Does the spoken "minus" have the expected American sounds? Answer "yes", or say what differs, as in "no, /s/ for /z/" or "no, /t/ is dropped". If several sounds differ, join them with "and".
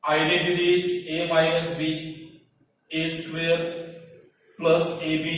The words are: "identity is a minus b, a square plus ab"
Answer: no, /n/ is dropped